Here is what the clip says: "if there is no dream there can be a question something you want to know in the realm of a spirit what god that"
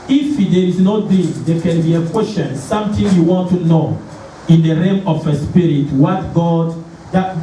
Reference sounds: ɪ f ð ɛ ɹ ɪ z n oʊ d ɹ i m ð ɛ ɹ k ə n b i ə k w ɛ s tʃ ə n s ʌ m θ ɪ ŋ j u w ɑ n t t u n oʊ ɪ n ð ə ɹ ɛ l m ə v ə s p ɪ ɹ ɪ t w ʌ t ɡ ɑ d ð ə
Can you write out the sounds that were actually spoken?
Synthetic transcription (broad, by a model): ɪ f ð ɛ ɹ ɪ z n oʊ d i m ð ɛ k ə n b i ə k w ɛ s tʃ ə n s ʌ m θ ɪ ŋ j u w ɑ n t t u n oʊ ɪ n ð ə ɹ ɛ m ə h ə s p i ɹ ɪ t w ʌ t ɡ ɑ d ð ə